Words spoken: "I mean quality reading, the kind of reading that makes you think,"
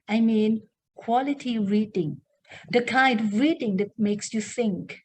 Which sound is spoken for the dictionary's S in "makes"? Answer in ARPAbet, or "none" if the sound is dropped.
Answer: S